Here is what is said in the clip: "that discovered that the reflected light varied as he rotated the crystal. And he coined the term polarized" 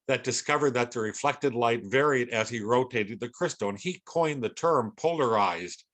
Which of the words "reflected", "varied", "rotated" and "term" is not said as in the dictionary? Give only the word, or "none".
none